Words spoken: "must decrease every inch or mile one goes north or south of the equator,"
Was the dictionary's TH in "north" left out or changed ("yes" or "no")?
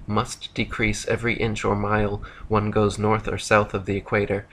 no